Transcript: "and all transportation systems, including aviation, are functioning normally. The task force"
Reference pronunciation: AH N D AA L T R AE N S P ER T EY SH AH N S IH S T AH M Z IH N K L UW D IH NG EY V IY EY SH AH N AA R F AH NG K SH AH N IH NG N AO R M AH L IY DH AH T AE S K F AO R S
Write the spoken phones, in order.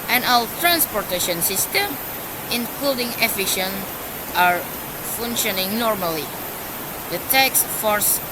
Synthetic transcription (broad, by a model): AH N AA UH T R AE N S P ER T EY SH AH N S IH S T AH M IH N K L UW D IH NG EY F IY SH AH N AA R F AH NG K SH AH N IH NG N AO R M AH L IY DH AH T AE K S F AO R S